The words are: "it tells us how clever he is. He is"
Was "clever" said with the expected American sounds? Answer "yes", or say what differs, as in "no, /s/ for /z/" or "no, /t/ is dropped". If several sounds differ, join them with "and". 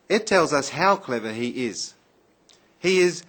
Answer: yes